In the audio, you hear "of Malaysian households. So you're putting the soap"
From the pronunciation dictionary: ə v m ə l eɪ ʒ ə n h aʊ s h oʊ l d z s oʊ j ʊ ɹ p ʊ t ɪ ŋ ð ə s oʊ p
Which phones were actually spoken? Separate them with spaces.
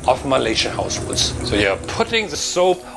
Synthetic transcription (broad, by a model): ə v m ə l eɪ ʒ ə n h aʊ s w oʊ d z s oʊ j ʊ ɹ p ʊ t ɪ ŋ ð ə s oʊ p